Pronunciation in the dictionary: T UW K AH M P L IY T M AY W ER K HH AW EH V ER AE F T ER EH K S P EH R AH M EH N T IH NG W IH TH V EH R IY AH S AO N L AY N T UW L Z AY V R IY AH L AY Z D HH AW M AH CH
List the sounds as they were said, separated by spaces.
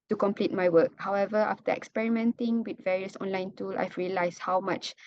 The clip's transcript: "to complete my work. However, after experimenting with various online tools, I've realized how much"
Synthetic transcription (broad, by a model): T UW K AH M P L IY T M AY W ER K HH AW EH V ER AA F T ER EH K S P EH R AH M EH N T IH NG W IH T V EH R IY AH S AO N L AY N T UW L S AY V R IY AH L AY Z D HH AW M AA CH